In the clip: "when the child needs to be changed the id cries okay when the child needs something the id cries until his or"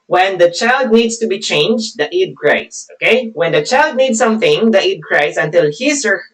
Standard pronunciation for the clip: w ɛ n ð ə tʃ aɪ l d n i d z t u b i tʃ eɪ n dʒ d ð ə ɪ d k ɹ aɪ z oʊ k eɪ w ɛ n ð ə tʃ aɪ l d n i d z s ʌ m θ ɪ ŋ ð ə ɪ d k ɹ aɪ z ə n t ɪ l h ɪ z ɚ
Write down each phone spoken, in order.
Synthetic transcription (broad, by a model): w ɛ n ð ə tʃ aɪ l d n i d s t u b i tʃ eɪ n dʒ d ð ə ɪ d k ɹ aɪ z oʊ k eɪ w ɛ n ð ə tʃ aɪ l d n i d s ʌ m θ ɪ ŋ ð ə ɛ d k ɹ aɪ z ə n t ɪ l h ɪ s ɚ